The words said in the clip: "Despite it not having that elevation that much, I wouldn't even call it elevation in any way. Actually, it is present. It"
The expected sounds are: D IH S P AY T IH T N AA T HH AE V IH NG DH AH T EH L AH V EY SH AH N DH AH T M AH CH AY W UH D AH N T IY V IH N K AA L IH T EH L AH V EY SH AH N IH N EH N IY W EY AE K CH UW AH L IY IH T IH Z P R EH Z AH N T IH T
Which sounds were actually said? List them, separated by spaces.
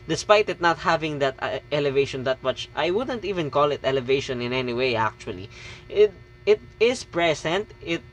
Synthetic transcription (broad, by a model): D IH S P AY T IH T N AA T HH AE V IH NG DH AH T EH L AH V EY SH AH N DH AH T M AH CH AY W UH D AH N T IY V IH N K AA L IH T EH L AH V EY SH AH N IH N EH N IY W EY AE K CH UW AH L IY IH T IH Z P R EH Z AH N T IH T